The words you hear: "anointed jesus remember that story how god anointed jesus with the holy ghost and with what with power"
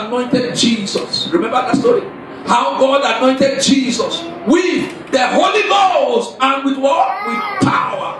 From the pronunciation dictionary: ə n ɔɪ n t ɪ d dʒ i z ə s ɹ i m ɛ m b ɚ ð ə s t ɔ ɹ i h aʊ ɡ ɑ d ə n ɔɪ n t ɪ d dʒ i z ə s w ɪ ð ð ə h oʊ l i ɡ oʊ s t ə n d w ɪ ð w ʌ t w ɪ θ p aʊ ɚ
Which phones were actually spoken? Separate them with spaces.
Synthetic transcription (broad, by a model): n ɔɪ n t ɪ d dʒ i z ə s ɹ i m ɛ m b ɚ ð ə s t ɔ ɹ i h aʊ ɡ ɑ d ə n ɔɪ n t ɪ d dʒ i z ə s w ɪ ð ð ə h oʊ l i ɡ oʊ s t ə n w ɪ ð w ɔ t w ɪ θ p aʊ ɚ